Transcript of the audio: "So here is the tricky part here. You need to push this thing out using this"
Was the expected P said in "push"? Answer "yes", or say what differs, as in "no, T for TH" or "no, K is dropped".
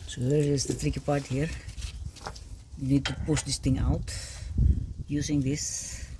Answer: yes